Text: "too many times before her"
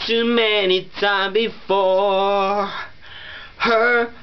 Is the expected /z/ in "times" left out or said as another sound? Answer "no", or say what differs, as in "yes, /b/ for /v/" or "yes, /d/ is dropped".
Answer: yes, /z/ is dropped